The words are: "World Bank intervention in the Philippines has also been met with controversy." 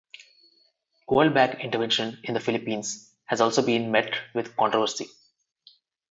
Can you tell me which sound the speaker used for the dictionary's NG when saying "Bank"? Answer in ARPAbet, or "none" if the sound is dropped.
none